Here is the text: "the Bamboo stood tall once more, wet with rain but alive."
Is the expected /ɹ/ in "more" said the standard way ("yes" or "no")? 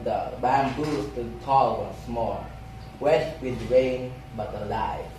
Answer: no